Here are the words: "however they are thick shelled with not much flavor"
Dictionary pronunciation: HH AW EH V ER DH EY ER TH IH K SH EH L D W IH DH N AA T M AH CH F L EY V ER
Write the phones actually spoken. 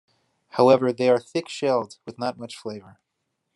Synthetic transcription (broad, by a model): HH AW EH V ER DH EY ER TH IH K SH EH L D W IH DH N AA T M AH CH F L EY V ER